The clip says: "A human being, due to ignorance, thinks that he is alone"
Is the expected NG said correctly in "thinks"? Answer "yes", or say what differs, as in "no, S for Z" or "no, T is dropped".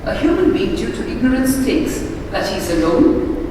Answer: no, NG is dropped